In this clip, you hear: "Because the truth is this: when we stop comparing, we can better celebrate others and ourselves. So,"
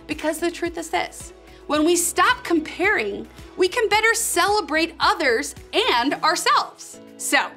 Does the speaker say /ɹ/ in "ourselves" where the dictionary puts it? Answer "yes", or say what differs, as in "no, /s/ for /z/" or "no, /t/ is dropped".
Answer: yes